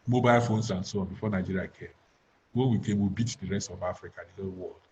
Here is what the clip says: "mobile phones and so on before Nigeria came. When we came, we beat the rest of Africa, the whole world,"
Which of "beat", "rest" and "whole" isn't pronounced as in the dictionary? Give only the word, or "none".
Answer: none